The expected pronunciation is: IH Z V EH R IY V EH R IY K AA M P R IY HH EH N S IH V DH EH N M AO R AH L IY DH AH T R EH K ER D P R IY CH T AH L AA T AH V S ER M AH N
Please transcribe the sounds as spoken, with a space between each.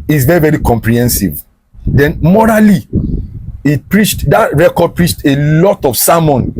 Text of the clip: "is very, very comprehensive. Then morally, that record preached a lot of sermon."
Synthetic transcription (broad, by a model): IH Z V EH R IY V EH R IY K AA M P R IY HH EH N S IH V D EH N M AO R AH L IY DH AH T R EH K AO D P R IY CH T AH L AA T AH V S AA M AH N